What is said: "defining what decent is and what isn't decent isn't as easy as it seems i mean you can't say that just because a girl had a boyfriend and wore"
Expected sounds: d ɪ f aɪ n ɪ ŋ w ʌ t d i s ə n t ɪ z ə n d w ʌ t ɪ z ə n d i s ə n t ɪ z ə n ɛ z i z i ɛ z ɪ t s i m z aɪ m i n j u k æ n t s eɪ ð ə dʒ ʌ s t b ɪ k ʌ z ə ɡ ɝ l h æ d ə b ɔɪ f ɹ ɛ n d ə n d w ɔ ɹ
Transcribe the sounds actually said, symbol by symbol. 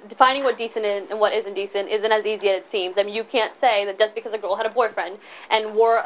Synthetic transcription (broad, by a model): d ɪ f aɪ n ɪ ŋ w ʌ t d i s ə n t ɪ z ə n w ʌ t ɪ z ə n d i s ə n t ɪ z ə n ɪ z i z i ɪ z ɪ t s i m z aɪ m i n j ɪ k æ n t s eɪ ð ə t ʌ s b ɪ k ʌ z ə ɡ ɝ l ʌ d ə b ɔɪ f ɹ ɛ n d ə n w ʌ ɹ